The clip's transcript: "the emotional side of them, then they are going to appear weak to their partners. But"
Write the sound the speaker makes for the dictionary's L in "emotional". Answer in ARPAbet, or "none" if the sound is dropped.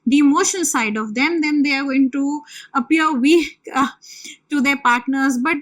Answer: N